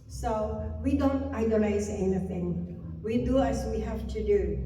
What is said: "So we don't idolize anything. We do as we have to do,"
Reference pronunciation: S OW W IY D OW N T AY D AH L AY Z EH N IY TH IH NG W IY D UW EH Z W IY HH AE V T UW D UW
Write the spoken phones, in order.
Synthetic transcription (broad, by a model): S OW W IY D OW N T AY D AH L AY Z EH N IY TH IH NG W IY D UW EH S W IY HH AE F T UW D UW